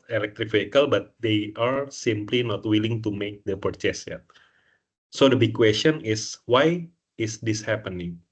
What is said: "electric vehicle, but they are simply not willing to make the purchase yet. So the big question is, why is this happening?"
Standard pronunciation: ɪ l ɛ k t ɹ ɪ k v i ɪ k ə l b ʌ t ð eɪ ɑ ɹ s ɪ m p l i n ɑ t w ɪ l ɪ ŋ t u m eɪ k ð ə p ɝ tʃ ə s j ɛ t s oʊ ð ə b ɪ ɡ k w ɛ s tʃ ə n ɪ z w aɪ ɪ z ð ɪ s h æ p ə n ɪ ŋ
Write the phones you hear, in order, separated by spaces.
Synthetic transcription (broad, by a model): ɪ l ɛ k t ɹ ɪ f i k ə l b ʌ t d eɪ ɑ ɹ s ɪ m p l i n ɑ t w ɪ l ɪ ŋ t u m eɪ k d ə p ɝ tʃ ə s j ɛ t s oʊ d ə b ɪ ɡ k w ɛ s tʃ ə n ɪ s w aɪ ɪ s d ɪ s h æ p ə n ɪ ŋ